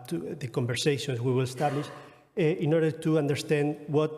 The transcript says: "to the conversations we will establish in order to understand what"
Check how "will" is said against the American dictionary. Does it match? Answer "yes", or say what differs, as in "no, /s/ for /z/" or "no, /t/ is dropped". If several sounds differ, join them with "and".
yes